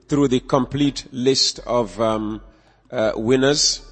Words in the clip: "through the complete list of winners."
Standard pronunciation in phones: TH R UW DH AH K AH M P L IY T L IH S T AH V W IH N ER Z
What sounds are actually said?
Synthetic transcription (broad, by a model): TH R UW DH AH K AH M P L IY T L IH S T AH V W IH N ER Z